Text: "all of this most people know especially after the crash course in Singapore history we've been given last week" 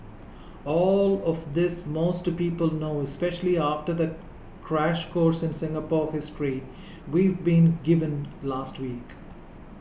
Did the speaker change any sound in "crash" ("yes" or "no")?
no